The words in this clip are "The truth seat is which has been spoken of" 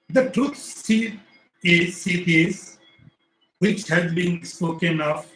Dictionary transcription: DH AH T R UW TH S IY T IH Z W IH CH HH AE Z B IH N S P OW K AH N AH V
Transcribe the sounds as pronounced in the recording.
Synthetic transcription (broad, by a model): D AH T R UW S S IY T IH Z W IH CH HH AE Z B IH N S P OW K AH N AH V